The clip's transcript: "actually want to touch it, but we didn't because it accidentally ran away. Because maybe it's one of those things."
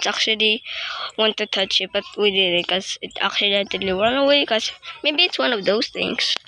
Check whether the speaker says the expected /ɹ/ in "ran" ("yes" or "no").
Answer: no